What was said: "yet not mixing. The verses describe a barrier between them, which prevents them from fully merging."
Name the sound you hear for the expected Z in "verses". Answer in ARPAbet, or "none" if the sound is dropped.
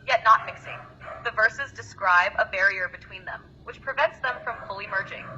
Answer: Z